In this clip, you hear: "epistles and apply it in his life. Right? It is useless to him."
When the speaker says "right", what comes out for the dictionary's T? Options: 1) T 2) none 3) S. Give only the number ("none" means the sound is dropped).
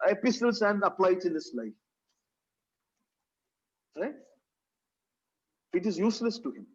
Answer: 2